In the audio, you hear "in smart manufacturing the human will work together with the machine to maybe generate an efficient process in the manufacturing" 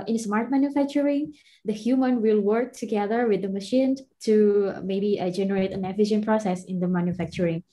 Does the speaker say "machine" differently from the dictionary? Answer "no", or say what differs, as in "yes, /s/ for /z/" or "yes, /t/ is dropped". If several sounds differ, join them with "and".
no